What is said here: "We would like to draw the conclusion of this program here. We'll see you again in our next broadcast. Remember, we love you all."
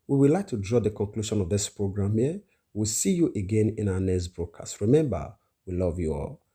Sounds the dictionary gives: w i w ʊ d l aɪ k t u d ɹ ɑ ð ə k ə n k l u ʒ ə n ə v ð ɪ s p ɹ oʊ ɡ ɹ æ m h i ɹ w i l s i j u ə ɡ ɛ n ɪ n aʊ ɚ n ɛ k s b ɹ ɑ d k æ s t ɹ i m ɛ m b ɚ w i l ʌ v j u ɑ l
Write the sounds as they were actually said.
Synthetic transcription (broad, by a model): w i w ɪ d l aɪ k t u d ɹ ɑ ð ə k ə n k l u ʃ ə n ə v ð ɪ s p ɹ oʊ ɡ ɹ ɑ m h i w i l s i j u ə ɡ ɛ n ɪ n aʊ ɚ n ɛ s b ɹ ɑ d k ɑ s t ɹ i m ɛ m b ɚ w i l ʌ v j u ɑ l